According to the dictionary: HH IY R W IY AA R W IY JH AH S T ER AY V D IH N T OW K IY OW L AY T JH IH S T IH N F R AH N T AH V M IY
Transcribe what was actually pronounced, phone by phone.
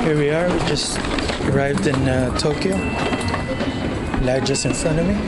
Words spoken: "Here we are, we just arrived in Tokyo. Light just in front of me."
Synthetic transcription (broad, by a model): HH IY R W IY AA R W IY JH AH S T ER AY V D IH N T OW K IY OW L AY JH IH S IH N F AH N AH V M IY